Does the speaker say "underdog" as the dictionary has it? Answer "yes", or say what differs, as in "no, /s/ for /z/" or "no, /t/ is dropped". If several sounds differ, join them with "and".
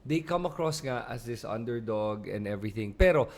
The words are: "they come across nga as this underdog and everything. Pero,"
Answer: yes